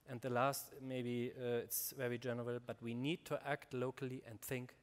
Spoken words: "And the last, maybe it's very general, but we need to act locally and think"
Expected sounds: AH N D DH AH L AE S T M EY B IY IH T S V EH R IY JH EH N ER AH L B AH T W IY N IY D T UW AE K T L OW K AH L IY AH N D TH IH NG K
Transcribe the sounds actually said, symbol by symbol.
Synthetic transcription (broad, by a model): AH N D DH AH L AE S T M EY B IY IH T S V EH R IY JH EH N ER AH L B AH T W IY N IY D T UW AE K T L OW K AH L IY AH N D TH IH NG K